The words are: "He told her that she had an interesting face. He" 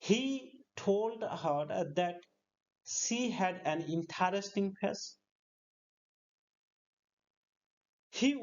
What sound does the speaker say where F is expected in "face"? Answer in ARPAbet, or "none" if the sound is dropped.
P